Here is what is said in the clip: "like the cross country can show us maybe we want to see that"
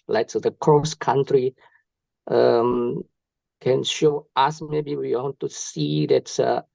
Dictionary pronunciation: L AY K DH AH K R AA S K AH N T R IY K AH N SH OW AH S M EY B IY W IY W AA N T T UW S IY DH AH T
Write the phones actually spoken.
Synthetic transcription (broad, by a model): L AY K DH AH K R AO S K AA N T R IY K AH N SH OW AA S M EY B IY W IY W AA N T T UW S IY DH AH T